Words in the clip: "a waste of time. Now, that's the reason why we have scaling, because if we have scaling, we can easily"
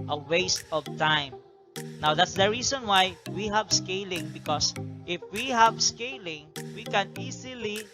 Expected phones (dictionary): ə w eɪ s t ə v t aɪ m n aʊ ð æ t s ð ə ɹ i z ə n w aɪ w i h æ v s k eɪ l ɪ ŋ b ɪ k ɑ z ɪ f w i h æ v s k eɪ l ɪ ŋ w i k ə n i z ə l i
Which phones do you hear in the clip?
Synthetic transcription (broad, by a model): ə w eɪ s t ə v t aɪ m n aʊ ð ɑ t s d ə ɹ i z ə n w aɪ w i h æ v s k eɪ l ɪ ŋ b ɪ k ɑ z ɪ f w i h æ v s k eɪ l ɪ ŋ w i k ə n i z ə l i